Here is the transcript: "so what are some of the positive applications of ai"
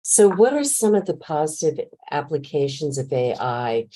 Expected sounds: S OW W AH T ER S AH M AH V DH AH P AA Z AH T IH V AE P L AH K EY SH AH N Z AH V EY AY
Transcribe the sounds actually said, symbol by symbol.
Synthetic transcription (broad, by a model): S OW W AH T ER S AH M AH V DH AH P AA Z AH T IH V AE P L AH K EY SH AH N Z AH V EY AY